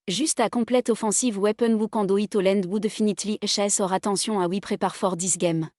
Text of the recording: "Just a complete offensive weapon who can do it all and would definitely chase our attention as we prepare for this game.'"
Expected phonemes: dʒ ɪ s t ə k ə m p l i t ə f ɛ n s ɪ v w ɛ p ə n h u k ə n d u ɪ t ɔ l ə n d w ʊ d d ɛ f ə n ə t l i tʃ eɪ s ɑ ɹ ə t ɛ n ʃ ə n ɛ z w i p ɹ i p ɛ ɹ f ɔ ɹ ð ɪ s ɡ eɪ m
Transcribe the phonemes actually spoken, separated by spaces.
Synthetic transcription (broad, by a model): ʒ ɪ s t ə k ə p l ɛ t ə f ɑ s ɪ v w ɛ p ə n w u k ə d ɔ ɪ t ɔ l ə n d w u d d ɛ f ə n ə t l i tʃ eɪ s ɑ ɹ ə t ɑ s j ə ɑ w i p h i p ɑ ɹ f ɔ ɹ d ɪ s ɡ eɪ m